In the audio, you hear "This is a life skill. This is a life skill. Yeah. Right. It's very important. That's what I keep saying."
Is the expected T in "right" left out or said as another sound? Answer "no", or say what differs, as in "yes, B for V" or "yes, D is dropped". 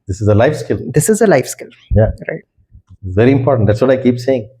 yes, T is dropped